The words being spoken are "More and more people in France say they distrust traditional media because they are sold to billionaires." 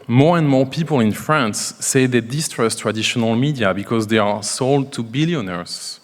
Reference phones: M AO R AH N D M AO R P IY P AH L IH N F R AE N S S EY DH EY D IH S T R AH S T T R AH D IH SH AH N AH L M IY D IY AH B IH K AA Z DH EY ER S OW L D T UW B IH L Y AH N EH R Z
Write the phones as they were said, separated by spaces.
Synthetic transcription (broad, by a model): M AO R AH N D M AO R P IY P AH L IH N F R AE N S S EY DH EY D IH S T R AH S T T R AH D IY SH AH N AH L M IY D IY AH B IH K AA Z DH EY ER S OW L D T UW B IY L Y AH N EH R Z